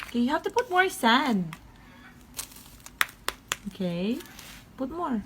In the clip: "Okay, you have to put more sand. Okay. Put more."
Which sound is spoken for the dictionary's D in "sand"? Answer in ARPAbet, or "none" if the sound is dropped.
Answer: none